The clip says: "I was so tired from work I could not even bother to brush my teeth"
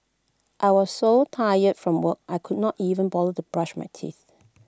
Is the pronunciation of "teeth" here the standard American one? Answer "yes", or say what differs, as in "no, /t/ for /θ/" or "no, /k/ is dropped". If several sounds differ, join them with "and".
yes